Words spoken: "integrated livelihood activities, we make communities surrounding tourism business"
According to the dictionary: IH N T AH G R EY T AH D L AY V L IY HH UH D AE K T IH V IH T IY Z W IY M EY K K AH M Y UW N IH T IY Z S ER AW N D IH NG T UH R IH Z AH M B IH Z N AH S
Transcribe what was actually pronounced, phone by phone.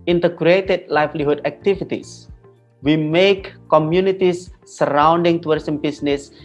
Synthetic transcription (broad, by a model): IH N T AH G R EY T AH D L AY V L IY HH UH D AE K T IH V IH T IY S W IY M EY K K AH M Y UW N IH T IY S ER AW N D IH NG T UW W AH S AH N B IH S N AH S